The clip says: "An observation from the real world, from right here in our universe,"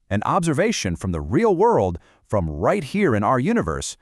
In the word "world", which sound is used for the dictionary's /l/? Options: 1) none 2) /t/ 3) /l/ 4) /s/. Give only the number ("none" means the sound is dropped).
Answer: 3